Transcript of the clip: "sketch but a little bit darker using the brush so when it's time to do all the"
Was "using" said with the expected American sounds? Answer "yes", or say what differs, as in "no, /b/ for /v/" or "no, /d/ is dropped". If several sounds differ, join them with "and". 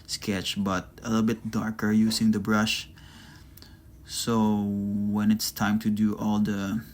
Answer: no, /s/ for /z/